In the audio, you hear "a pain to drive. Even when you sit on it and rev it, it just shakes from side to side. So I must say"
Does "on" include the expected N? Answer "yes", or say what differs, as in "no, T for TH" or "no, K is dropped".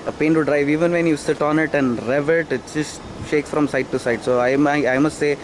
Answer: yes